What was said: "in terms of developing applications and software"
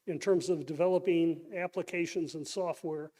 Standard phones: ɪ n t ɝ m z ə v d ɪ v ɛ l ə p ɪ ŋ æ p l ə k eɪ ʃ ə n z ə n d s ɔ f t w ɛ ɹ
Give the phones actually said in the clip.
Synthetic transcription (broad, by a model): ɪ n t ɝ m z ə v d ɪ v ɛ l ə p ɪ ŋ æ p l ə k eɪ ʃ ə n z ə n s ɔ f t w ɛ ɹ